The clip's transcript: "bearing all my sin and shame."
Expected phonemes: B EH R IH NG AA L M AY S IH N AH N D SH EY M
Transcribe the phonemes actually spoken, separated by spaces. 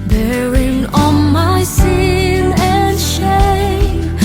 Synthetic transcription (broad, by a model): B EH R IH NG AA N M AY S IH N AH N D SH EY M